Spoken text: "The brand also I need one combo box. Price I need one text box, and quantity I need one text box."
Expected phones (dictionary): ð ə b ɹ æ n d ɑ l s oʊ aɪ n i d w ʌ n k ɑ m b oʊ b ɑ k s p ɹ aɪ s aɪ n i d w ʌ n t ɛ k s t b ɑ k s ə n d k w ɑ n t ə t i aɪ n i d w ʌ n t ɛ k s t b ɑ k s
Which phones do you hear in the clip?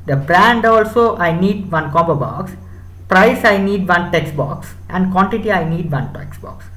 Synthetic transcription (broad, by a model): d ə b ɹ æ n d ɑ l s oʊ aɪ n i d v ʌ n k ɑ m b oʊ b ɑ k s p ɹ aɪ s aɪ n i d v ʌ n t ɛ k s b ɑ k s ə n d k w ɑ n t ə t i aɪ n i d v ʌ n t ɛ k s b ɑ k s